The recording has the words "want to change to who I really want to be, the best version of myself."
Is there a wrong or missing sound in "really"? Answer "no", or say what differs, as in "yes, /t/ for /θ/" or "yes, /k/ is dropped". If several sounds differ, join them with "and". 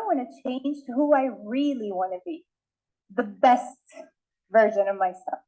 no